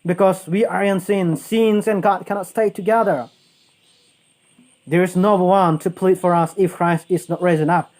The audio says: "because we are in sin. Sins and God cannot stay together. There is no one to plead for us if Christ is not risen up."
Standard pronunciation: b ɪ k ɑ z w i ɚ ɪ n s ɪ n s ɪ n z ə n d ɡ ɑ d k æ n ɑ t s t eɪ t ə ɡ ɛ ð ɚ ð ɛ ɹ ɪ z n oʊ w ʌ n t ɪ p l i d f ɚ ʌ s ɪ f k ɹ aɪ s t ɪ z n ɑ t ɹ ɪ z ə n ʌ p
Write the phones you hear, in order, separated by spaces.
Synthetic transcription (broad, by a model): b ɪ k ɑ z w i ɚ ɪ n s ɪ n s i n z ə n ɡ ɑ d k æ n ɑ t s t eɪ t ə ɡ ɛ ð ɚ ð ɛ ɹ ɪ z n oʊ w ʌ n t ɪ p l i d f ɚ ʌ s ɪ f k ɹ aɪ s t ɪ z n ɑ t ɹ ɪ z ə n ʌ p